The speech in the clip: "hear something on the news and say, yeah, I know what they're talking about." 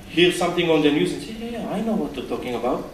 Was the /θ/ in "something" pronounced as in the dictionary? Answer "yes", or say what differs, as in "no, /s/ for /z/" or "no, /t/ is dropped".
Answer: no, /t/ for /θ/